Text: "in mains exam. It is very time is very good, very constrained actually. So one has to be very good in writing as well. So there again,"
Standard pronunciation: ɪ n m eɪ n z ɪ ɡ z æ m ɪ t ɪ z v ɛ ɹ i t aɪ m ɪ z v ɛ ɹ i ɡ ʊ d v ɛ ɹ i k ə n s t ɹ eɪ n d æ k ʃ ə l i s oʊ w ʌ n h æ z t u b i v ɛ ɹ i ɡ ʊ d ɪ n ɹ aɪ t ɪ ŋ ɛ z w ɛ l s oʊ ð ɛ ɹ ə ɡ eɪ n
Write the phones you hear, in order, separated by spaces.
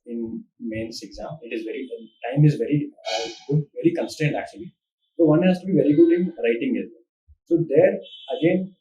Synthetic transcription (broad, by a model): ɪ n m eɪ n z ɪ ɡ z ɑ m ɪ t ɪ z v ɛ ɹ i t aɪ m ɪ z v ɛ ɹ i ɡ ʊ d v ɛ ɹ i k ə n s t eɪ n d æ k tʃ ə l i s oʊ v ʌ n h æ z t u b i v ɛ ɹ i ɡ ʊ d ɪ n ɹ aɪ t ɪ ŋ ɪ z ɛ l s oʊ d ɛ ɹ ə ɡ eɪ n